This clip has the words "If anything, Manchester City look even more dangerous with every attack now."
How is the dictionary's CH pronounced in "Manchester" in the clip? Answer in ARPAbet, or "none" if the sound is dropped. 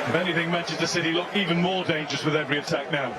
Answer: SH